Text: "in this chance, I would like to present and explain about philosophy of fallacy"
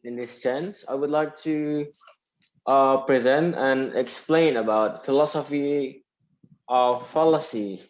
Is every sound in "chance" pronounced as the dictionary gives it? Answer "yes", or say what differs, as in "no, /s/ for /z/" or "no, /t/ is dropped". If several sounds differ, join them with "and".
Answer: yes